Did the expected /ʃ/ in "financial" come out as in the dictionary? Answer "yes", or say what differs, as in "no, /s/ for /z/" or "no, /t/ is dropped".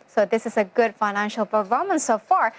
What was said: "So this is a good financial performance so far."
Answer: yes